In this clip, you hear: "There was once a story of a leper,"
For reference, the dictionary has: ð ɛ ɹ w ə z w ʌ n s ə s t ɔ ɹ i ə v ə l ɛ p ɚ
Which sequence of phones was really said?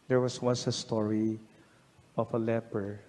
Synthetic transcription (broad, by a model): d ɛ ɹ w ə s w ʌ n s ə s t ɔ ɹ i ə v ə l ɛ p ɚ